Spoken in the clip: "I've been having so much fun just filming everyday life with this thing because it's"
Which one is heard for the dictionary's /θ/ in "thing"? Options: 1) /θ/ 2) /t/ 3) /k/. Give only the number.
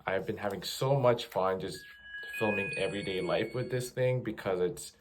1